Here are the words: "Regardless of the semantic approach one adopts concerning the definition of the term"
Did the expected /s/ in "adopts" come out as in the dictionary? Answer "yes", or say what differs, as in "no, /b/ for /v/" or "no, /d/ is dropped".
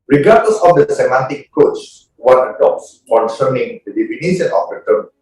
yes